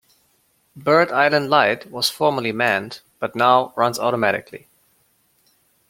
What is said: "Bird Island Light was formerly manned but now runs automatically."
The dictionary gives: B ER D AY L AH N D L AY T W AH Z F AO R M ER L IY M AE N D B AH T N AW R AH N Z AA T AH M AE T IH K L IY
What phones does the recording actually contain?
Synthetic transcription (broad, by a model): B ER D AY L AH N D L AY T W AH Z F AO R M ER L IY M AE N D B AH T N AW R AH N Z AA T AH M AE T IH K L IY